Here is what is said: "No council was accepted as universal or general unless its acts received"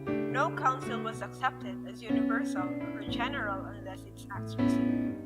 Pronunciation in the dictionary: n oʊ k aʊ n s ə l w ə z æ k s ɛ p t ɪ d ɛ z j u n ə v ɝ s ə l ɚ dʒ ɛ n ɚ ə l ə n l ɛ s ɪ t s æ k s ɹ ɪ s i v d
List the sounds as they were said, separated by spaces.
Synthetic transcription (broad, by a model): n oʊ k aʊ n s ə l w ə z æ k s ɛ p t ɪ d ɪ z j u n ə v ɝ s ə l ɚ dʒ ɛ n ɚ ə l ə n l ɛ s ɪ t s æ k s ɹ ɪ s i